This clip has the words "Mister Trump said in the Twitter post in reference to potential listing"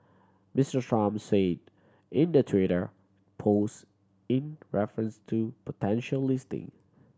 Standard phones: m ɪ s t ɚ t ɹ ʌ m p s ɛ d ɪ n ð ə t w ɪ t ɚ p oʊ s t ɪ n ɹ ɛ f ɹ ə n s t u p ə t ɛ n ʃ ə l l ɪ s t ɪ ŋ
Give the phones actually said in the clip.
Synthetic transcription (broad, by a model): m ɪ s t ɚ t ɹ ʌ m s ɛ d ɪ n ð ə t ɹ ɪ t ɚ p oʊ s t ɪ n ɹ ɛ f ɹ ə n s t u p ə t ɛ n ʃ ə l l ɪ s t ɪ ŋ